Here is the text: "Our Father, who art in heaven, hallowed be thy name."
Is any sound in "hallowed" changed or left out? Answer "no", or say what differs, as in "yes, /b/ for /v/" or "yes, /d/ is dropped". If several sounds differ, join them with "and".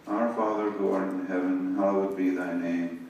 yes, /w/ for /l/